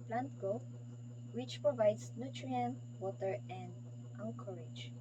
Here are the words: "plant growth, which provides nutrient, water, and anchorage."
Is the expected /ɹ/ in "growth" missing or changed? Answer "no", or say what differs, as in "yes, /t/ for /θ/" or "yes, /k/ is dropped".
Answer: yes, /ɹ/ is dropped